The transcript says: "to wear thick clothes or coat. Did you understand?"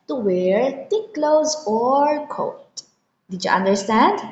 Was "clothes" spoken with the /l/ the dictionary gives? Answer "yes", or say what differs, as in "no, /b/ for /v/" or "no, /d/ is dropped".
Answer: yes